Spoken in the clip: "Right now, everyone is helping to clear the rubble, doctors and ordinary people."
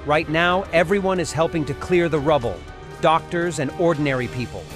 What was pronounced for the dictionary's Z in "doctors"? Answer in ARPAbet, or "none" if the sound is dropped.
Z